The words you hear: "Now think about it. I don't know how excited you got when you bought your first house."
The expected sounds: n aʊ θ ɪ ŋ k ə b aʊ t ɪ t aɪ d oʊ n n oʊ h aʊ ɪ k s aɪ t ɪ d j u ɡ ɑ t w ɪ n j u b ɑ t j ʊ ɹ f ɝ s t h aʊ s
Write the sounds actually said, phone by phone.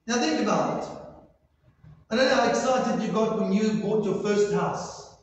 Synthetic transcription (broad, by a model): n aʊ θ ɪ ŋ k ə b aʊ ɪ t aɪ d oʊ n n oʊ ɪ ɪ k s aɪ t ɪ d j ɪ ɡ ɑ t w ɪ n j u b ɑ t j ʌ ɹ f ɝ s t h aʊ s